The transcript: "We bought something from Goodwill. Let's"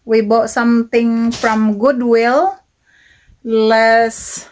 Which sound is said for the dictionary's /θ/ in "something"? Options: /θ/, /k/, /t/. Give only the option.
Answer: /t/